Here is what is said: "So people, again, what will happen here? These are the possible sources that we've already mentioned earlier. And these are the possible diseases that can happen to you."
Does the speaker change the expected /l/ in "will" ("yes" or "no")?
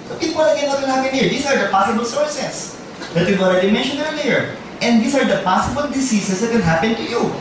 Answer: yes